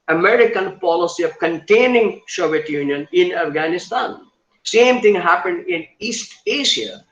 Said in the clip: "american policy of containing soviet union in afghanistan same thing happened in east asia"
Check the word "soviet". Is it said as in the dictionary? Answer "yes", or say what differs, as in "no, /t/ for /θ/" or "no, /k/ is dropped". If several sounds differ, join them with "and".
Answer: no, /ʃ/ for /s/